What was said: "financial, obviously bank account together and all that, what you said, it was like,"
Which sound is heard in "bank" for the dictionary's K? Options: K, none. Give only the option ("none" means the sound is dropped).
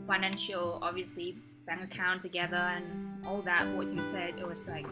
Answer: none